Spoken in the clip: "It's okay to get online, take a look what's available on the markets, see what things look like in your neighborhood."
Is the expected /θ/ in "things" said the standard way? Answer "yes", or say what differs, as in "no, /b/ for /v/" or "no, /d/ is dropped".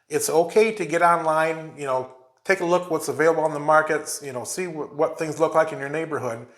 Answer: yes